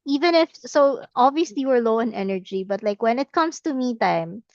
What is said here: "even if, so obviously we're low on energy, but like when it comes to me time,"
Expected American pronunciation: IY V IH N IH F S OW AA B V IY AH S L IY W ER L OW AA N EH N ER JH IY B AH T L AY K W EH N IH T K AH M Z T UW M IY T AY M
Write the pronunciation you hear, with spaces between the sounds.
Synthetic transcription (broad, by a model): IY V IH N IH F S OW AA B V IY AH S L IY W ER L OW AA N EH N ER JH IY B AH T L AY K W EH N IH T K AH M S T UW M IY T AY M